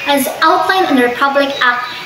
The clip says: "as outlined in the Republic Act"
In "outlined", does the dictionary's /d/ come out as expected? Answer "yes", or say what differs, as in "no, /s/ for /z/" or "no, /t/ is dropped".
no, /d/ is dropped